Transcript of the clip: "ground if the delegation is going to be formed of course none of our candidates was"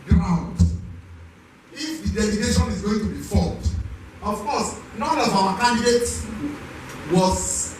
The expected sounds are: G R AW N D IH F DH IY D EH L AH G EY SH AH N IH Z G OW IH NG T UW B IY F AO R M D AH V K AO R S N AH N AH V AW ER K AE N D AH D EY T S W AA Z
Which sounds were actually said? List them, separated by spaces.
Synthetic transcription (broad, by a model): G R AW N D IH F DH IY D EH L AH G EY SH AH N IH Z G OW IH NG T UW B IY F AO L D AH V K AO S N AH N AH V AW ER K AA N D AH D EY T W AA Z